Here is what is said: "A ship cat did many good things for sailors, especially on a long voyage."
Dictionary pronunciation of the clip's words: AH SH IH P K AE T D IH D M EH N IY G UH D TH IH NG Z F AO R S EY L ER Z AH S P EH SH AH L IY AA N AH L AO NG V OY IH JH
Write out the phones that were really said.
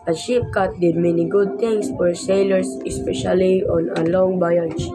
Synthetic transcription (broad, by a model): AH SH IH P K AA T D IH D M EH N IY G UH D T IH NG S F AO R S EY L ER S AH S P EH SH AH L IY AA N AH L AO NG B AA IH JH